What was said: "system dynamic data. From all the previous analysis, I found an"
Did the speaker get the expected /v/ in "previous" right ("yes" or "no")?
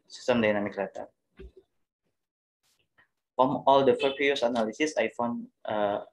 no